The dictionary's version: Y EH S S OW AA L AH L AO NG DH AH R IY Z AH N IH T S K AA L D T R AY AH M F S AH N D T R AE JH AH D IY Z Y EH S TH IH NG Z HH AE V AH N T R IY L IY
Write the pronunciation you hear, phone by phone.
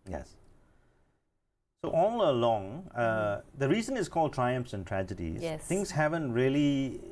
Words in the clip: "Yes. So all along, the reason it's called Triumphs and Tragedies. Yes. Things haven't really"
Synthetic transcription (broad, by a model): Y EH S S OW AA L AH L AO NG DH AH R IY Z AH N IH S K AA L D T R AY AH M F S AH N T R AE JH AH D IY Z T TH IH NG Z HH AE V AH N T R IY L IY